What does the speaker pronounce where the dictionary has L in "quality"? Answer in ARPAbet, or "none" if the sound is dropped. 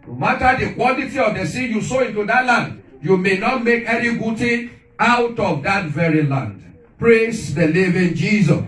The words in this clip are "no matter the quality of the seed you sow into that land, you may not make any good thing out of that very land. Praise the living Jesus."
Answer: N